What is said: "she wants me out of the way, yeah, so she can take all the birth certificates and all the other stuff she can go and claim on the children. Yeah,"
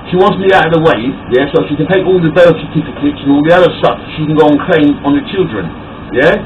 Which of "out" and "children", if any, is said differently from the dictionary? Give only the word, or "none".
none